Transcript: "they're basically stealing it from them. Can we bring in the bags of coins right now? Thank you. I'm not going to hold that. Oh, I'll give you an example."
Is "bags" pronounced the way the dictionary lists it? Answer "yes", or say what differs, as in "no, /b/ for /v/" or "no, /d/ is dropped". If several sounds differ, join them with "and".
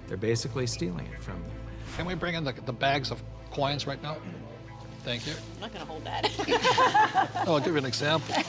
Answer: yes